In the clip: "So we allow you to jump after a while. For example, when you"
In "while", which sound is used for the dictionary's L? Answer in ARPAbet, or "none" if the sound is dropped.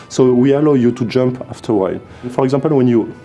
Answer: N